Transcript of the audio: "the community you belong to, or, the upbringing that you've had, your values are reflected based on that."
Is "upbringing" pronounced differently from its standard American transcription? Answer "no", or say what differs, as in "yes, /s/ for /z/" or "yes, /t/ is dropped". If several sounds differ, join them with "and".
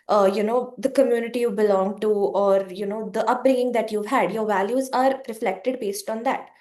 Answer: no